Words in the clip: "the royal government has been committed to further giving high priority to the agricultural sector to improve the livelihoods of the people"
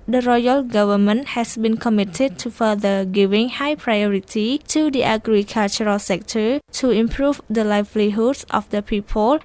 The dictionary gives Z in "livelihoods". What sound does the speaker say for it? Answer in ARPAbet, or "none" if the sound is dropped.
S